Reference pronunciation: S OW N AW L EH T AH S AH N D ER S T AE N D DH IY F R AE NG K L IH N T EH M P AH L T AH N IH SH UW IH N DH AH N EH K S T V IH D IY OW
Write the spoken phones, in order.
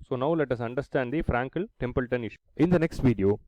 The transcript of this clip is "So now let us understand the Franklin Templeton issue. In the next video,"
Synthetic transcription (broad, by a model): S OW N AW L EH T AH S AH N D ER S T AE N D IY F R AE NG K IH L T EH M P AH L T AH N IH SH UW IH N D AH N EH K S T V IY D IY OW